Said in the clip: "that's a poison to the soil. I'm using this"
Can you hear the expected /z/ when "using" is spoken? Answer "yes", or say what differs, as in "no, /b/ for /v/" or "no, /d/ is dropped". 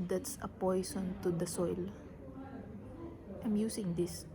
no, /s/ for /z/